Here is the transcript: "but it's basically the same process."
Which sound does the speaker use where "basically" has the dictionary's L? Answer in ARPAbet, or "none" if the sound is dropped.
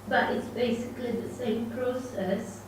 L